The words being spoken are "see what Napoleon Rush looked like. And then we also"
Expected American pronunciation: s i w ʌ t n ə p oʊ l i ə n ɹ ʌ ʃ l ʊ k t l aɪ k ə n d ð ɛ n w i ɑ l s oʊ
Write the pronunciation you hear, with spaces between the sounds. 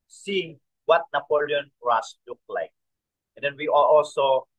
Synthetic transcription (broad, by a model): s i w ʌ t n ə p oʊ l i ə n ɹ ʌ s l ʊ k l aɪ k ə n d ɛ n w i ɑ l s oʊ